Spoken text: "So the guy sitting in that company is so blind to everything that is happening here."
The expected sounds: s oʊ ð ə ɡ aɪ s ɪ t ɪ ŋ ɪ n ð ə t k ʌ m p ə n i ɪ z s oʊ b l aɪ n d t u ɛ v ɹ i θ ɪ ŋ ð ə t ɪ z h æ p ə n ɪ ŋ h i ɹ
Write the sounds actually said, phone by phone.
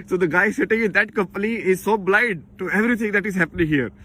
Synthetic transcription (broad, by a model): s oʊ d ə ɡ aɪ s ɪ t ɪ ŋ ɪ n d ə t k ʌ m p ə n i ɪ z s oʊ b l aɪ d t u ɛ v ɹ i t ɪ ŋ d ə t ɪ z h æ p ə n ɪ ŋ h i ɹ